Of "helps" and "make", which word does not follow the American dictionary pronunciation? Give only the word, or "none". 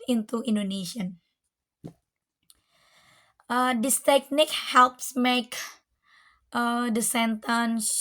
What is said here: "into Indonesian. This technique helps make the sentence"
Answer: none